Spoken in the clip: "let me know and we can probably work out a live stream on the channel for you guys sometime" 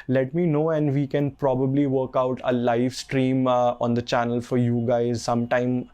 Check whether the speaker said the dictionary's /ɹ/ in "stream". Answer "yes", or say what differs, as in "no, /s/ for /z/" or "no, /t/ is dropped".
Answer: yes